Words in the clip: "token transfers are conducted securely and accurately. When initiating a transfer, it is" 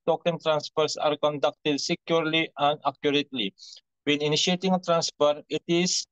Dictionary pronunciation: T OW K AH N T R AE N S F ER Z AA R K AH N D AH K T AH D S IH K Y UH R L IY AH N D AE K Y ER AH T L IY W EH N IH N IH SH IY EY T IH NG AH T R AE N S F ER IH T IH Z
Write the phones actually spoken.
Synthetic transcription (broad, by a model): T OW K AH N T R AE N S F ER S AA R K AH N D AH K T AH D S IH K Y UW R L IY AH N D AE K Y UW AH T L IY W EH N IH N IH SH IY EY T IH NG AH T R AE N S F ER IH T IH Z